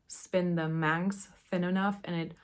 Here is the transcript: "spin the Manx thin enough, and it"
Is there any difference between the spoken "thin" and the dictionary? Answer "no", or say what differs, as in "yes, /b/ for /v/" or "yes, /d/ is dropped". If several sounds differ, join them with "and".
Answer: no